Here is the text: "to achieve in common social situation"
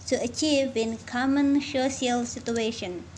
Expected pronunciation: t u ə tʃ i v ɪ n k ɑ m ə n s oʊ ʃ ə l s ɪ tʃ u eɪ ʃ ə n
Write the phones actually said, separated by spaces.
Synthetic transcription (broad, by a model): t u ə tʃ i v ɪ n k ɑ m ə n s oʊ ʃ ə l s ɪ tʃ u eɪ ʃ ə n